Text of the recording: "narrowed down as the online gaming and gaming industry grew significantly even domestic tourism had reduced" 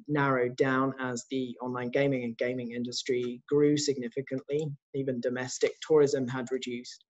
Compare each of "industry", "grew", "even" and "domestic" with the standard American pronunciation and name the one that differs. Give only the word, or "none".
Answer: none